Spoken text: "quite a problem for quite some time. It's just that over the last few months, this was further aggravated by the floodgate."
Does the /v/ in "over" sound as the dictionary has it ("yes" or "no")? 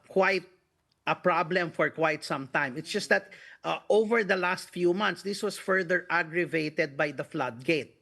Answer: yes